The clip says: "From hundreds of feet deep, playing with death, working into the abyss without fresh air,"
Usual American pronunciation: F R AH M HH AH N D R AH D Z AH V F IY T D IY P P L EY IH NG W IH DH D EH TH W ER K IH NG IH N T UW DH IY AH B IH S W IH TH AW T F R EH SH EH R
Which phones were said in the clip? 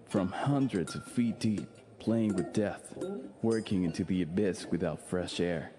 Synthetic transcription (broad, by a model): F R AH M HH AH N D R AH D Z AH V F IY T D IY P P L EY IH NG W IH DH D EH TH W ER K IH NG IH N T UW DH IY AH B IH S W IH TH AW T F R EH SH EH R